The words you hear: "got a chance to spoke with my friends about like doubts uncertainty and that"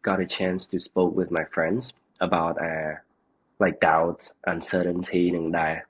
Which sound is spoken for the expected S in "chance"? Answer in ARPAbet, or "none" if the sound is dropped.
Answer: S